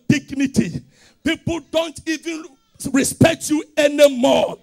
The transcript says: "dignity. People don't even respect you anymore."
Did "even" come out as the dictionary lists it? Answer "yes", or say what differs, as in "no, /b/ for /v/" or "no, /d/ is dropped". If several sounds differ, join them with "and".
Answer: yes